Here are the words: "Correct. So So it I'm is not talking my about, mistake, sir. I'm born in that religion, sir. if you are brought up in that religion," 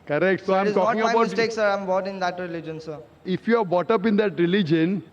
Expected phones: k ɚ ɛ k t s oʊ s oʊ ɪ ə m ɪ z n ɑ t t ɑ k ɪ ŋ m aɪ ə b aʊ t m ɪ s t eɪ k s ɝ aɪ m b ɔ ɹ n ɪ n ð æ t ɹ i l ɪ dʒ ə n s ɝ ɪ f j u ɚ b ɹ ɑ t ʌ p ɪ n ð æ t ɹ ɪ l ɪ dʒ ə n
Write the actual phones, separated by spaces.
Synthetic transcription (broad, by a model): k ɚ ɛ k t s s oʊ ɪ ə m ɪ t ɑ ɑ ɪ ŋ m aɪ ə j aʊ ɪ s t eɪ k s ɝ aɪ m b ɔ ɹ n ɪ n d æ t ɹ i l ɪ dʒ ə n s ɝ ɪ f j u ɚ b ɑ t ʌ p ɪ n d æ t ɹ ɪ l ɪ dʒ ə n